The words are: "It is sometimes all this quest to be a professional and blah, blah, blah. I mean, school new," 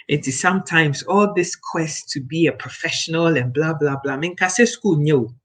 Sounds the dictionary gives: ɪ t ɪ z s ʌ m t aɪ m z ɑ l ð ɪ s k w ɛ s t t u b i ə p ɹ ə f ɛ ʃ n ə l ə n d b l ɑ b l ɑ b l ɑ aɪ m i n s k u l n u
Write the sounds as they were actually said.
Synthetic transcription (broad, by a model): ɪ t ɪ z s ʌ m t aɪ m z ɑ l ð ɪ s k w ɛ s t t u b i ə p ɹ ə f ɛ ʃ n ə l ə n b l ɑ b l ɑ b l ɑ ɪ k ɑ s s k u l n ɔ